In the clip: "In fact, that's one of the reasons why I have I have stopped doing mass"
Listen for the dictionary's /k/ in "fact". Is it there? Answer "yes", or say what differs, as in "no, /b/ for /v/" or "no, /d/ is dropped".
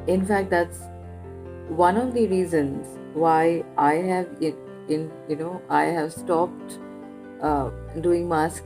yes